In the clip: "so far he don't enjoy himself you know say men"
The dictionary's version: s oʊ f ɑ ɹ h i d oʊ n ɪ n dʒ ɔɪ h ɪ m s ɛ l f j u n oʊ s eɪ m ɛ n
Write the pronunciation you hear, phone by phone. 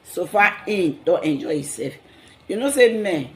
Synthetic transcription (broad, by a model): s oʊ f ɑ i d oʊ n ɪ n dʒ ɔɪ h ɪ s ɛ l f j u n oʊ s eɪ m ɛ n